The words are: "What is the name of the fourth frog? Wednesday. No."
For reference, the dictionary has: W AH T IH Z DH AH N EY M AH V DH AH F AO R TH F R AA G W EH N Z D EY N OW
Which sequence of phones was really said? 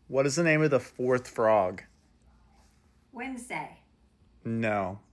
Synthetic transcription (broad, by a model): W AH T IH Z DH AH N EY M AH V DH AH F AO R TH F R AA G W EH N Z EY N OW